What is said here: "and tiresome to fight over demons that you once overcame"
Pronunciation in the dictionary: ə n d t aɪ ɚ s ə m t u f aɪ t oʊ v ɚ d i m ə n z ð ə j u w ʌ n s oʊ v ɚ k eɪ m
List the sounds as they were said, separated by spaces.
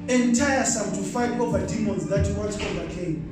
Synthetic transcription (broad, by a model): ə n t aɪ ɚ s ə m t u f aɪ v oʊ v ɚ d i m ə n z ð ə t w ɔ l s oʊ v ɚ k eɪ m